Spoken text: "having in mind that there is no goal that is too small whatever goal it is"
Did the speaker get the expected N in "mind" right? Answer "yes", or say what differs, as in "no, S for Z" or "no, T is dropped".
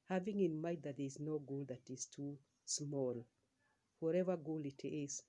no, N is dropped